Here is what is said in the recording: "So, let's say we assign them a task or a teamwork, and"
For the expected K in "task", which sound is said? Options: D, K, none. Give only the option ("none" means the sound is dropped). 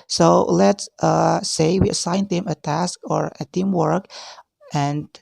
K